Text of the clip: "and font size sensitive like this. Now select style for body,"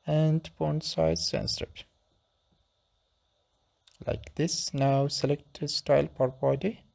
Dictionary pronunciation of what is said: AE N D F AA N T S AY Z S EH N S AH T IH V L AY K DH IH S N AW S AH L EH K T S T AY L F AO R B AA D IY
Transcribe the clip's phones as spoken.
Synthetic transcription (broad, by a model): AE N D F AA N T S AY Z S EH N S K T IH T L AY K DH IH S N AW S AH L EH K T S T AY L P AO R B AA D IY